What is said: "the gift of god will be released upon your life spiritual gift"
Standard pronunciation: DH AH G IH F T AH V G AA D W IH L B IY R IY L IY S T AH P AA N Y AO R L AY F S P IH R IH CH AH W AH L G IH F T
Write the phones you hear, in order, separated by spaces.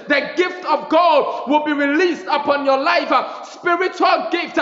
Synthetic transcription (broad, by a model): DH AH G IH F T AH V G AA D W IH L B IY R IY L IY S T AH P AA N Y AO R L AY F S P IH R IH CH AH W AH L G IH F T